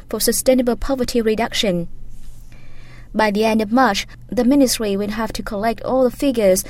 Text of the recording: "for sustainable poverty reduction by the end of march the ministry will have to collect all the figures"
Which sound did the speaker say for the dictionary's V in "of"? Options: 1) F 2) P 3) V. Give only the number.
3